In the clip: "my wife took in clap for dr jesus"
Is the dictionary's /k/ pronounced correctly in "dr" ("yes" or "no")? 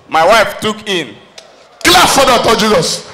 no